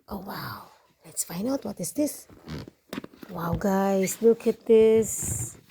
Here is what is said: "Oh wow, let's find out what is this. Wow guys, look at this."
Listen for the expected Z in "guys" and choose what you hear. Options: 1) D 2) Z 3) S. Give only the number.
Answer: 3